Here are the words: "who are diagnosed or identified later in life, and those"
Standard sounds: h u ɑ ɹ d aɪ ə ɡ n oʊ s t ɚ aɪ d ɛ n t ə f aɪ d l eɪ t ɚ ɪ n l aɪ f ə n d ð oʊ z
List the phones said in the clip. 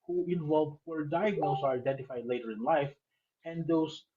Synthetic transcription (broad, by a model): h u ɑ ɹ d aɪ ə ɡ n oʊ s ɚ aɪ d ɛ n t ə f aɪ d l eɪ t ɚ ɪ n l aɪ f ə n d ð oʊ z